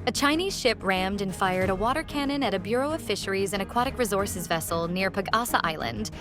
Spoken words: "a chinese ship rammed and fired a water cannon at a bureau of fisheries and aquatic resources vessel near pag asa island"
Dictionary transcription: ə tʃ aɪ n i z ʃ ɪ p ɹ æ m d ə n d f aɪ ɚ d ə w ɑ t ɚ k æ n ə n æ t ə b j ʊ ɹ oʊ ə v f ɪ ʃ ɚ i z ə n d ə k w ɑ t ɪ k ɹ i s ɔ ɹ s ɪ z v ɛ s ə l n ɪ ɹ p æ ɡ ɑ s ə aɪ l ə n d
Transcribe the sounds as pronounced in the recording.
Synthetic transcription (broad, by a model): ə tʃ aɪ n i z ʃ ɪ p ɹ æ m d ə n f aɪ ɚ d ə w ɑ t ɚ k æ n ə n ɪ t ə b j ʊ ɹ oʊ ə v f ɪ ʃ ɚ i z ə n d ə k w ɑ t ɪ k ɹ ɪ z ɔ ɹ s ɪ z v ɛ s l n ɪ ɹ p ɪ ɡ ɑ s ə aɪ l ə n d